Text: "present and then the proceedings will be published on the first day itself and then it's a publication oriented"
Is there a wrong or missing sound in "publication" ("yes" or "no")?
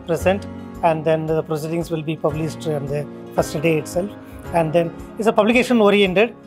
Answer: no